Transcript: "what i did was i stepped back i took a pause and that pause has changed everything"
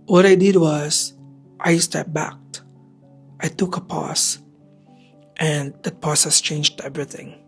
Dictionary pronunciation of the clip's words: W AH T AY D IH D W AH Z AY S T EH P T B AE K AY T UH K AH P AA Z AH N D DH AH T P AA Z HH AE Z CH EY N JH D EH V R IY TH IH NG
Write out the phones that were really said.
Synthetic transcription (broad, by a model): W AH T AY D IH D W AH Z AY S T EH T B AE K AY T UH K AH P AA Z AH N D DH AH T P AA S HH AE S CH EY N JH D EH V R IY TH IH NG